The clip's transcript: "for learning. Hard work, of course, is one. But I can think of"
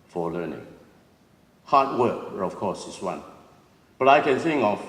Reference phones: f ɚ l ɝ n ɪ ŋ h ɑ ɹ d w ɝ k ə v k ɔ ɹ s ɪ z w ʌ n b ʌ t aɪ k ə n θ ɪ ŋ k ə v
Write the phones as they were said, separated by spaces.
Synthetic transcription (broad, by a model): f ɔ l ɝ n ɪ ŋ h ɑ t w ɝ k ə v k ɔ s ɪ s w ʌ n b ʌ t aɪ k ə n θ ɪ ŋ k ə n